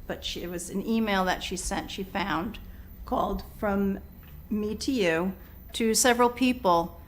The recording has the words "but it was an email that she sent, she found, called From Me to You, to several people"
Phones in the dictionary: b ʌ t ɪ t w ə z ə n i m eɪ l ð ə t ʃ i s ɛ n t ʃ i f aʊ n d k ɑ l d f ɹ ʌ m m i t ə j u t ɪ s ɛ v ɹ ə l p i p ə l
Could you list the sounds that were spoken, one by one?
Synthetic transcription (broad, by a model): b ʌ t ɪ t w ə z ə n i m eɪ l ð ə t ʃ i s ɛ n t ʃ i f aʊ n d k ɑ l d f ɹ ʌ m m i t ə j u t ɪ s ɛ v ɹ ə l p i p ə l